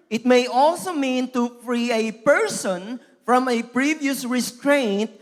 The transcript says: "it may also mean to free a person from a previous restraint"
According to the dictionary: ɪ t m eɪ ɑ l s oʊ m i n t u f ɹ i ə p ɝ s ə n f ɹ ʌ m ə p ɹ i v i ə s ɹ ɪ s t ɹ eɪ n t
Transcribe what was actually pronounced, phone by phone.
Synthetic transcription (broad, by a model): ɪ t m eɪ ɑ l s oʊ m i n t u f ɹ i ə p ɝ s ə n f ɹ ʌ m ə p ɹ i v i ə s ɹ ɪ s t ɹ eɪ n t